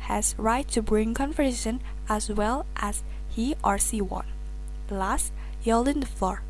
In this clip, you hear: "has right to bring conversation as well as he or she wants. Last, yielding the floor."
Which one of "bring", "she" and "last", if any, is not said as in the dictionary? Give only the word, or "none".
she